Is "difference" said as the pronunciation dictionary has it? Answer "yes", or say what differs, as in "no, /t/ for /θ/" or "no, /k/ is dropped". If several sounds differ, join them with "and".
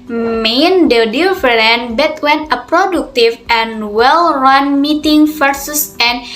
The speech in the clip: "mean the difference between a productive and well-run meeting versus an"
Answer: no, /s/ is dropped